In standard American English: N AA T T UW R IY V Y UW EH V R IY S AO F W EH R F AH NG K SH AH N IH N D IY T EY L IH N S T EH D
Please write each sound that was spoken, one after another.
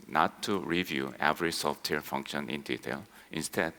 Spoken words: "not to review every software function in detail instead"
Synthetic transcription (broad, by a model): N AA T T UW R IY V Y UW EH V R IY S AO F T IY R F AH NG K SH AH N IH N D IY T EY L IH N S T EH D